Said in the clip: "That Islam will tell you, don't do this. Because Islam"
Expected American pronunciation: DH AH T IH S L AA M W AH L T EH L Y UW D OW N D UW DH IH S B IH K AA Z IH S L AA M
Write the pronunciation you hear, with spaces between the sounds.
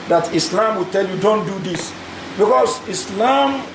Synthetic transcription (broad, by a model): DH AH T IH S L AA M W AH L T EH L Y UW D OW N D UW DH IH S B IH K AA S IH S L AA M